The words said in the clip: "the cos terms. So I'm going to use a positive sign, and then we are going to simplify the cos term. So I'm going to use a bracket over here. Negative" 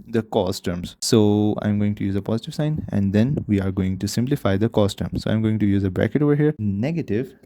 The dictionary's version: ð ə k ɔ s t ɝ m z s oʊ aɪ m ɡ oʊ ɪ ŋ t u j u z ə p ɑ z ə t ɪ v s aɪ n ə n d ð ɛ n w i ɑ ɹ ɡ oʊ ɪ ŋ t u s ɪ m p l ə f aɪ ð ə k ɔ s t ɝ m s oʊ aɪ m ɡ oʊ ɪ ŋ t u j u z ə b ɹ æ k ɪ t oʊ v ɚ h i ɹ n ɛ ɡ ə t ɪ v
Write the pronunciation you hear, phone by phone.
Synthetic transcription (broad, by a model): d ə k ɔ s t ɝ m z s oʊ aɪ m ɡ oʊ ɪ ŋ t u j u z ə p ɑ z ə t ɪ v s aɪ n ə n d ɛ n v i ɑ ɹ ɡ oʊ ɪ ŋ t u s ɪ m p l ə f aɪ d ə k ɔ s t ɝ m s oʊ aɪ m ɡ oʊ ɪ ŋ t u j u z ə b ɹ æ k ɪ t oʊ v ɚ h i ɹ n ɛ ɡ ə t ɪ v